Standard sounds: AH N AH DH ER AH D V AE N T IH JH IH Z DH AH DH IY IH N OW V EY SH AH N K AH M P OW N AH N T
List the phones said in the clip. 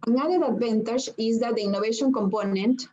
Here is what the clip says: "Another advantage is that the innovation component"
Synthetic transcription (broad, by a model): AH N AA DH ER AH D B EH N T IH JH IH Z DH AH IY N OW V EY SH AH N K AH M P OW N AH N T